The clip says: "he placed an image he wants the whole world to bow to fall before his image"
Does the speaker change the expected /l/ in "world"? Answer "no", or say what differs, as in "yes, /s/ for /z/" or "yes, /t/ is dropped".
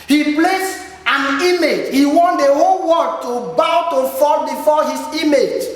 yes, /l/ is dropped